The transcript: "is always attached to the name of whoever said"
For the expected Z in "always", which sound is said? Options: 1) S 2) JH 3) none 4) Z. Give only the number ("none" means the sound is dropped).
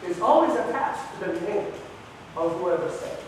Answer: 4